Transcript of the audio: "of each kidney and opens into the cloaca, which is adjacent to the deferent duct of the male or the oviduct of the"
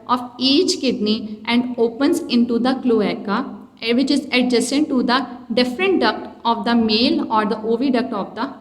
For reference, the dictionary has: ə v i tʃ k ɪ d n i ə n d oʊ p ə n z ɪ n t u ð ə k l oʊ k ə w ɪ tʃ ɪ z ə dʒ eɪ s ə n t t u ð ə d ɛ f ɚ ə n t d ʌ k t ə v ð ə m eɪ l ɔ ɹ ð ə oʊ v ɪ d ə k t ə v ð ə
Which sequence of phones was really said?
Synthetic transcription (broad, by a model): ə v i tʃ k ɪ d n i ə n d oʊ p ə n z ɪ n t u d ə k l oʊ k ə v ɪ tʃ ɪ z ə dʒ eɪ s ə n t t u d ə d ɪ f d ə n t d ʌ k t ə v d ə m eɪ l ɔ ɹ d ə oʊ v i d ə k t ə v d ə